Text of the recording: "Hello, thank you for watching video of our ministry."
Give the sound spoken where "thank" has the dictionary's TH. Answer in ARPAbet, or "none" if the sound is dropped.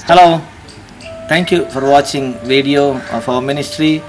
T